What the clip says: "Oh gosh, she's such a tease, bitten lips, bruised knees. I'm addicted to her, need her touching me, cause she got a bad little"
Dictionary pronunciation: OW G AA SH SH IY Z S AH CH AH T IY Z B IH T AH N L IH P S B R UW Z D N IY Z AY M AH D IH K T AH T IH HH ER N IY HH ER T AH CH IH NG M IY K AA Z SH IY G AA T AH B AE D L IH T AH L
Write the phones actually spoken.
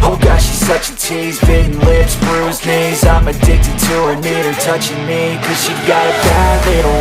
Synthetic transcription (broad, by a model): OW G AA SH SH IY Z S AH CH AH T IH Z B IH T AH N L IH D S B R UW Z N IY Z AY M AH D IH K T AH T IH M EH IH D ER T AH CH IH NG M IY K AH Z SH IY G AA T AH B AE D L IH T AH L